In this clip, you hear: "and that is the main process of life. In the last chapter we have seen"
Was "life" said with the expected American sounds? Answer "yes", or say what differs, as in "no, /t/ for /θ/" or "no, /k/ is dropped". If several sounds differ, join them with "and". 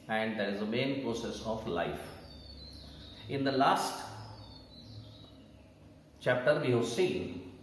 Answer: yes